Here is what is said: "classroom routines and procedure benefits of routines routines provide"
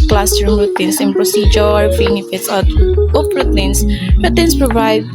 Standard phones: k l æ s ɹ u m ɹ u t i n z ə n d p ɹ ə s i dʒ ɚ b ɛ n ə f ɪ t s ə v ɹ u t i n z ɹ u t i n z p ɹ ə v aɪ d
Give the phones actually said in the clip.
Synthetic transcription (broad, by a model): k l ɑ s ɹ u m ɹ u t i n s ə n p ɹ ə s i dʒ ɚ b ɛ n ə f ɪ t s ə p ɹ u t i n s ɹ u t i n s p ɹ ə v aɪ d